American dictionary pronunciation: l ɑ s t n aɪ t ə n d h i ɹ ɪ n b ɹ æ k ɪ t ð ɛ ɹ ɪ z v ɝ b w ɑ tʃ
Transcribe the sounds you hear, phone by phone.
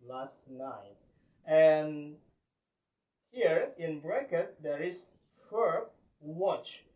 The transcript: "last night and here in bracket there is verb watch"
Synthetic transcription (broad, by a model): l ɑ s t n aɪ t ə n h i ɹ ɪ n b ɹ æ k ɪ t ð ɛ ɹ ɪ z f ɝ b w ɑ tʃ